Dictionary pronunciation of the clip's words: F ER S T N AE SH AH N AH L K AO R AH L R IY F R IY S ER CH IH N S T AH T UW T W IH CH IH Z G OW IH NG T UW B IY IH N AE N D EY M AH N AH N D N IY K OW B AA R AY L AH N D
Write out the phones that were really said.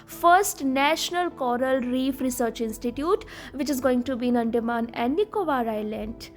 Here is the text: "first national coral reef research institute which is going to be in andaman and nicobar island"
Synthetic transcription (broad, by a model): F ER S T N AE SH AH N AH L K AO R AH L R IY F R IY S ER CH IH N S T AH T UW T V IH CH IH Z G OW IH NG T UW B IY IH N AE N D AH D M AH N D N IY K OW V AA R AY L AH N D